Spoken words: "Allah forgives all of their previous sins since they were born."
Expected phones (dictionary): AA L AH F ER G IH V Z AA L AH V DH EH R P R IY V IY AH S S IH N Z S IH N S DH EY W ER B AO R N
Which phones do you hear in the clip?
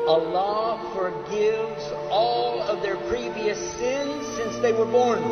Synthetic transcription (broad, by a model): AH L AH F ER G IH V Z AA L AH V DH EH R P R IY V IY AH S S IH N Z S IH N S DH EY W ER B AO R N